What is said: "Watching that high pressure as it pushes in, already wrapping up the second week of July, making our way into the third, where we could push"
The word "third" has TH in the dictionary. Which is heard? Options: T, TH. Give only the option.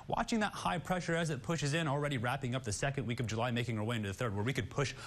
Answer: TH